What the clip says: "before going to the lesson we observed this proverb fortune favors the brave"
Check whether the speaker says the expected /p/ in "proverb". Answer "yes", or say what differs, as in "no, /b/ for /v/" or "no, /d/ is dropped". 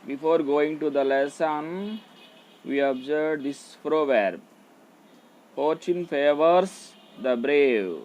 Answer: no, /f/ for /p/